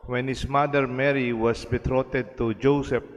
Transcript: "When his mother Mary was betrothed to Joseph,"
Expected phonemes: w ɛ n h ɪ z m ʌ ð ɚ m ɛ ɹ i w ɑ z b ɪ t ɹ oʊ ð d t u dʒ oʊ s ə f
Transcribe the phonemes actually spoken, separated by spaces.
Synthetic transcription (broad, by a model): w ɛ n h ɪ s m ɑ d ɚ m ɛ ɹ i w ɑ s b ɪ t ɹ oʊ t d t u dʒ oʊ s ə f